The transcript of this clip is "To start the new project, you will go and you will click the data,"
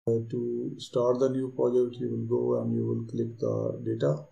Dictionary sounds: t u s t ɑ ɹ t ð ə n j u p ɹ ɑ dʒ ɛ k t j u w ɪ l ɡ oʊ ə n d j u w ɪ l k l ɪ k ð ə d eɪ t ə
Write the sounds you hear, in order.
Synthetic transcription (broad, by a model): t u s t ɑ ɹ t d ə n j u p ɑ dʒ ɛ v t j u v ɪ l ɡ oʊ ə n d j u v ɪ l k l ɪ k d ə d eɪ t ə